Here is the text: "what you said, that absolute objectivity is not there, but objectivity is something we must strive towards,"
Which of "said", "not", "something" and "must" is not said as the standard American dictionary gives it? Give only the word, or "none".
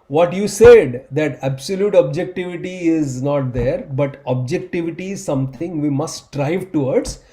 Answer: something